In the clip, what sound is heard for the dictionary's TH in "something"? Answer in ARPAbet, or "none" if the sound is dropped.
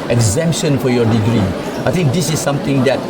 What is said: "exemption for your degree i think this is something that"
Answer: T